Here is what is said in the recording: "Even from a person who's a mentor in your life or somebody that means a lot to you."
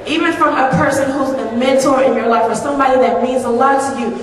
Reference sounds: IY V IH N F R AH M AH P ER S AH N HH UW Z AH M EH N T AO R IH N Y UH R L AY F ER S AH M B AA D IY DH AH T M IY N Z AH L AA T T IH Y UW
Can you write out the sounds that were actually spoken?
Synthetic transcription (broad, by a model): IY V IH N F R AH M AH P ER S AH N HH UW Z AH M EH N T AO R IH N Y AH R L AY F ER S AH M B AA D IY DH AH T M IY N Z AH L AA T T IH Y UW